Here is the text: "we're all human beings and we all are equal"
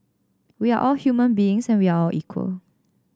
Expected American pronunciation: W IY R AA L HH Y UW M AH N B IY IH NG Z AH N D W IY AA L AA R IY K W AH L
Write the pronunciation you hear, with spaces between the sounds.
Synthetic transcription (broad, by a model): W IY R AA L HH Y UW M AH N B IY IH NG S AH N W IY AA AA L IY K W AH L